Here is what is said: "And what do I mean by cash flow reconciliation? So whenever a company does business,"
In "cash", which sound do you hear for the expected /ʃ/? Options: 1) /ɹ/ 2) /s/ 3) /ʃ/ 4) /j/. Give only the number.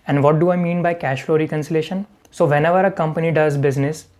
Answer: 3